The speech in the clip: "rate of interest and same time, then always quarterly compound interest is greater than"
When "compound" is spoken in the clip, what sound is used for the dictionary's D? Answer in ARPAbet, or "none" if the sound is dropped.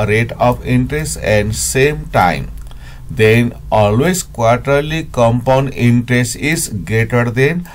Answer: D